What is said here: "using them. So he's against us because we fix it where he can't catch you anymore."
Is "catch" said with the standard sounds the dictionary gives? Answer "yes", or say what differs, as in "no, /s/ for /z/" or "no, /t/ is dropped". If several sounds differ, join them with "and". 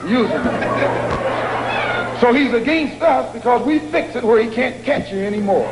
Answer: yes